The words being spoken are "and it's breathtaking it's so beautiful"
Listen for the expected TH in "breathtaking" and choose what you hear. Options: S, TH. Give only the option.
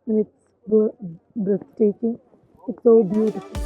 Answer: S